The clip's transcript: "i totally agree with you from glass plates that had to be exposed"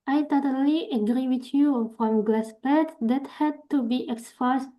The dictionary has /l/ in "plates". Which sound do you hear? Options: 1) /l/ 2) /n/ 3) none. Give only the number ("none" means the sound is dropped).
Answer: 3